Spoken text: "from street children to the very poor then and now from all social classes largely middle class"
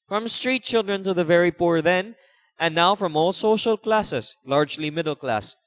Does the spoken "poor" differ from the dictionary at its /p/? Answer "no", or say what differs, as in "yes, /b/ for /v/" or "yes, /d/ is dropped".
no